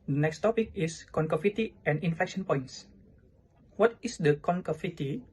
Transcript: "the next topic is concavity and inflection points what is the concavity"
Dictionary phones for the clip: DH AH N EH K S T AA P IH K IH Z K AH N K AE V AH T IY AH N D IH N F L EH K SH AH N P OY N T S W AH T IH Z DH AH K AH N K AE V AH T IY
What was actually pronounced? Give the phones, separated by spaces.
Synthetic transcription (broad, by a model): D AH N EH K S T AA P IH K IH S K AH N K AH F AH T IY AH N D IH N F EH K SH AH N P OY N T S W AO T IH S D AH K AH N K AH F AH T IY